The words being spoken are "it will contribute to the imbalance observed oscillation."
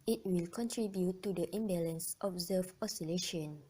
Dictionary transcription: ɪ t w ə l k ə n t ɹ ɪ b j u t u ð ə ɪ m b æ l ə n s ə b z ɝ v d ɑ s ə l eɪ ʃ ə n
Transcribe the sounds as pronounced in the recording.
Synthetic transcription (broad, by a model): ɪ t w ə l k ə n t ɹ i b j u t u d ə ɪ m b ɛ l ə n s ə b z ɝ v ɑ s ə l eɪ ʃ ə n